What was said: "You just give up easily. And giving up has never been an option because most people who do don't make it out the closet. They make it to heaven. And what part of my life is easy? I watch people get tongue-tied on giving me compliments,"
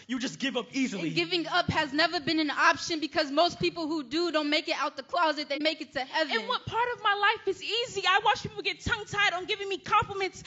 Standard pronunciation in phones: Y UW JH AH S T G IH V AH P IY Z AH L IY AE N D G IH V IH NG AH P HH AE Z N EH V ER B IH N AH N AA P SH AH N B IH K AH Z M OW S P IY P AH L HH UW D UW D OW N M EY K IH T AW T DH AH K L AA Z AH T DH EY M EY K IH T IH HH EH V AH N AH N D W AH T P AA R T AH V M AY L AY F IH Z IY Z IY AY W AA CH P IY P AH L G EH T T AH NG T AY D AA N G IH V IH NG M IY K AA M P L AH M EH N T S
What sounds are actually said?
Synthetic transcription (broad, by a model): Y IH JH AH S G IH V AH P IY Z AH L IY G IH V IH NG AH P HH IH Z N EH V ER B IH N AH N AA P SH AH N B IH K AH Z M OW S P IY P L HH UW D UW D OW N M EY K IH T AW T DH AH K L AA Z AH T DH EY M EY K IH T IH HH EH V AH AH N W AH T P AA R T AH V M AY L AY F IH Z IY Z IY AY W AA CH P IY P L G EH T T AH NG T AY D N G IH V IH NG M IY K AA M P L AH M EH N T S